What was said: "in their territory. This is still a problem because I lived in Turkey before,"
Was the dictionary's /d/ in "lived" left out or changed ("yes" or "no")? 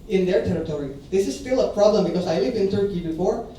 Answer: yes